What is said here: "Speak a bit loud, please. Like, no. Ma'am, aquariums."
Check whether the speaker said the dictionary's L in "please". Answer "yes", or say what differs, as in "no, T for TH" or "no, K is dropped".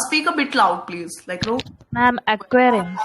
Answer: yes